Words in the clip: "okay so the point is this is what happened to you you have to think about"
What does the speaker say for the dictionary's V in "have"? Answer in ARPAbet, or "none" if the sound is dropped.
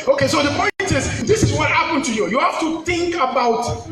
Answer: F